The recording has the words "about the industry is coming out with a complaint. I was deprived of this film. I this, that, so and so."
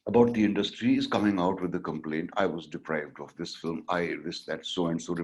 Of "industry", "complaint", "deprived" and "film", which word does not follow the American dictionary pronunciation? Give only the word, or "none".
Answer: none